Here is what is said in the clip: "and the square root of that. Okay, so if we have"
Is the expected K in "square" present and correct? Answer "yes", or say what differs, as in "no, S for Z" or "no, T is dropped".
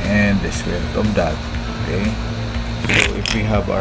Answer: no, K is dropped